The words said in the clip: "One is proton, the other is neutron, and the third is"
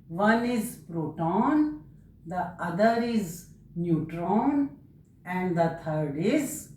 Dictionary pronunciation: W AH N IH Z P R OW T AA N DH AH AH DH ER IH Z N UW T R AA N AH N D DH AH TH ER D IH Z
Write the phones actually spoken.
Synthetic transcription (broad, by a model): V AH N IH Z P R OW T AA N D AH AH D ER IH Z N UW T R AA N AH N D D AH T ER D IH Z